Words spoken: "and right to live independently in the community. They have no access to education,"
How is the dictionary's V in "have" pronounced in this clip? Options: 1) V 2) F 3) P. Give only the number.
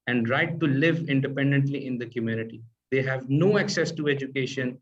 1